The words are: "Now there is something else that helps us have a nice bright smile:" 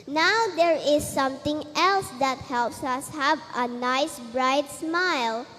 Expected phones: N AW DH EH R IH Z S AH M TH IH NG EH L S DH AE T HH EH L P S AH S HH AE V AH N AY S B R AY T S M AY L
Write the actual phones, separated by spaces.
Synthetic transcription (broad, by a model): N AW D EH R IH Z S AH M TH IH NG EH L S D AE T HH EH L P S AH S HH AE V AH N AY S B R AY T S M AY L